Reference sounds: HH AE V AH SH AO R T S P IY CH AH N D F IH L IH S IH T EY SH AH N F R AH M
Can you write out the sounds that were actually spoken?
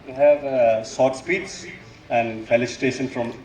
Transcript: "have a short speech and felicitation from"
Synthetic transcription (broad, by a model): HH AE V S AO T S P IY S AH N D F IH L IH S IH T EY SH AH N F R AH M